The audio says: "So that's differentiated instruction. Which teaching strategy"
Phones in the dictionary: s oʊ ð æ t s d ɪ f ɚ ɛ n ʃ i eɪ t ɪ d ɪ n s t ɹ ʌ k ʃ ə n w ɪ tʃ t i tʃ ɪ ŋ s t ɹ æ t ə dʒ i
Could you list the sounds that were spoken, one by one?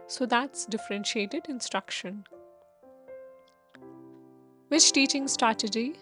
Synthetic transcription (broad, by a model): s oʊ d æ t s d ɪ f ɚ ɛ n ʃ i eɪ t ɪ d ɪ n s t ɹ ʌ k ʃ ə n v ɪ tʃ t i tʃ ɪ ŋ s t ɹ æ t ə dʒ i